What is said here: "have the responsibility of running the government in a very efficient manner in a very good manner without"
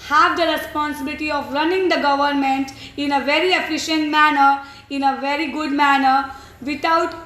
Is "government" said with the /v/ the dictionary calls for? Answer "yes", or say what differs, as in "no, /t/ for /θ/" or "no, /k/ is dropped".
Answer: yes